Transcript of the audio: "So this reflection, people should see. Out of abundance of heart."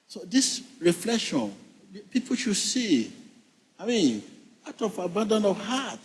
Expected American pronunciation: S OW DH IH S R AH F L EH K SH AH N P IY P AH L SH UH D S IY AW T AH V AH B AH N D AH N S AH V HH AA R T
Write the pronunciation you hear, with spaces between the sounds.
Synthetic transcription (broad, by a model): S OW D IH S R AH F L EH K SH AH N P IY P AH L SH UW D S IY AW T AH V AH B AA N D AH N AH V HH AA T